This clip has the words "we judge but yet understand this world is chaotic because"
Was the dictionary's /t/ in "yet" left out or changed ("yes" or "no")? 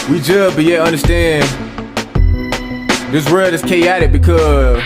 yes